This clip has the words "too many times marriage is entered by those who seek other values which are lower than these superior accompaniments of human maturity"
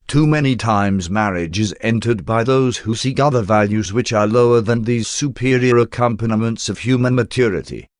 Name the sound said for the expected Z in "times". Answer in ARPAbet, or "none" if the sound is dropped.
Z